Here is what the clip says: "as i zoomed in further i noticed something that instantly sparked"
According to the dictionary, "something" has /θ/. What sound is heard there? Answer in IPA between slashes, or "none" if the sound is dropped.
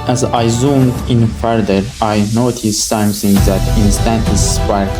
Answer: /s/